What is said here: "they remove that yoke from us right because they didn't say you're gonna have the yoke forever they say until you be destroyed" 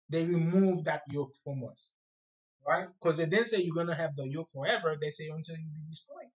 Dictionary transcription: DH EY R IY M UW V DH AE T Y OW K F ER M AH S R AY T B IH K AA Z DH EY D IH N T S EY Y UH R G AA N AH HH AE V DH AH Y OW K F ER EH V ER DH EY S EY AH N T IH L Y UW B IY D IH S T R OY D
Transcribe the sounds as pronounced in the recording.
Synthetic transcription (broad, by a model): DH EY R IY M UW V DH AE T Y OW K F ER M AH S R AY T K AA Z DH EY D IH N S EY Y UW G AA N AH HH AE V DH AH Y OW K F ER EH V ER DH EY S EY AH N T IH L Y UW B IY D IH S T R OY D